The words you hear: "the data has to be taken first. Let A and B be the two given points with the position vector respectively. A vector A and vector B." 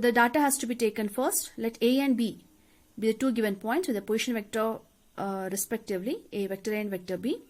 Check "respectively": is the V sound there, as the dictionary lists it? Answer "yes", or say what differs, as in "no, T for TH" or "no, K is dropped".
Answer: yes